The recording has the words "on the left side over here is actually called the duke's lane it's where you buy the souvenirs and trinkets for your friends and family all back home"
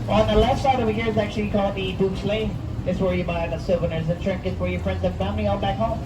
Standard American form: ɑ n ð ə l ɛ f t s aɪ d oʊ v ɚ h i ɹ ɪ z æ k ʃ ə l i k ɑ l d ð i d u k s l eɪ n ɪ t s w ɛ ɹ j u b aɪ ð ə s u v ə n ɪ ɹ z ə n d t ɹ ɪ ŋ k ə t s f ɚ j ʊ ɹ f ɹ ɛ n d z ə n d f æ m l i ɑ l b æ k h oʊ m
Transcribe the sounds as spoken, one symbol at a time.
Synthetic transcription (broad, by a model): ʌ n ð ə l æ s s aɪ d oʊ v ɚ h i ɹ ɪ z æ k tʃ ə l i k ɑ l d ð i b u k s l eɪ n ɪ t s w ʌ ɹ j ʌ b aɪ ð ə s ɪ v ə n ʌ ɹ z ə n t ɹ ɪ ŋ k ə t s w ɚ j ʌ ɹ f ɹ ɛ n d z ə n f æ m n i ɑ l b æ k h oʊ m